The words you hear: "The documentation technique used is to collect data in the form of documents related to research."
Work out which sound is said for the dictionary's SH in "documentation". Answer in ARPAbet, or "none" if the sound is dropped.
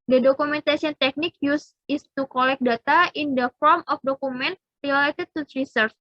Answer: S